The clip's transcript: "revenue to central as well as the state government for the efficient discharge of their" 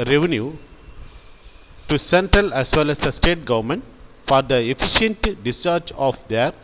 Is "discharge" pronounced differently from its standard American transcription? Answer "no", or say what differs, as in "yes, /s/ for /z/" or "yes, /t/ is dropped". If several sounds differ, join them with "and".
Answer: yes, /tʃ/ is dropped and /tʃ/ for /dʒ/